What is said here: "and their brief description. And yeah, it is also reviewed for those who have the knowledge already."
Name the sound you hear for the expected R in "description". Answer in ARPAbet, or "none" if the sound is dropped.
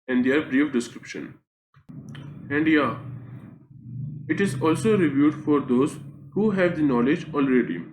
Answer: R